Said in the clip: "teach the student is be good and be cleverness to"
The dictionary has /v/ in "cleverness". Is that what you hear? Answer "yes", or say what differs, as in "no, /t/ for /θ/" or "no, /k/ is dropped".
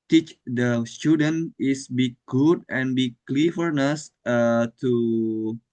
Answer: no, /f/ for /v/